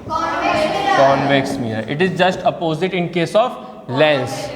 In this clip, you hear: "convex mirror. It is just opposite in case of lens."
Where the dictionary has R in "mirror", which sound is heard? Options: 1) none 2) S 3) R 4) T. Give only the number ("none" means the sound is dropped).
1